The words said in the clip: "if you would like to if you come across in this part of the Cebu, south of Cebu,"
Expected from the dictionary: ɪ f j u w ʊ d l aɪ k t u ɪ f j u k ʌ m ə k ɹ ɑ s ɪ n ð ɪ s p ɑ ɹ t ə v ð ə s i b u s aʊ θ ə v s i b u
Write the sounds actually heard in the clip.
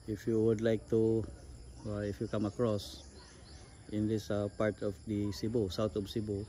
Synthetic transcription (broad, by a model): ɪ f j u w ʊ d l aɪ k t u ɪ f j u k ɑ m ə k ɹ ɑ s ɪ n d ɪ s p ɑ ɹ t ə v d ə s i b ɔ s aʊ t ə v s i b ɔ